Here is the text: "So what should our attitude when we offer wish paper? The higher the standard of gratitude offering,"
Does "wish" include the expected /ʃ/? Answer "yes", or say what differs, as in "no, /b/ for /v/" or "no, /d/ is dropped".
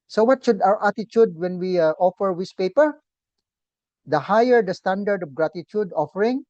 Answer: no, /s/ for /ʃ/